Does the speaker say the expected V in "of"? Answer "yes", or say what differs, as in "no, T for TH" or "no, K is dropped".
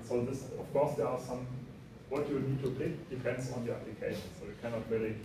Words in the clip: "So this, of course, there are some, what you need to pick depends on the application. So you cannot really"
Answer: no, F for V